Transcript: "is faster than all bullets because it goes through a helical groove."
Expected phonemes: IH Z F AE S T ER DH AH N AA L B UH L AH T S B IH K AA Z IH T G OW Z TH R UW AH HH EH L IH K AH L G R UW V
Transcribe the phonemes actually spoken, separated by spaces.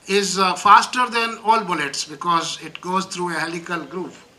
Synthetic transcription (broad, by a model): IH Z F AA S T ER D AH N AA L B UH L AH T S B IH K AA Z IH T G OW Z T R UW AH HH EH L IH K AH L G R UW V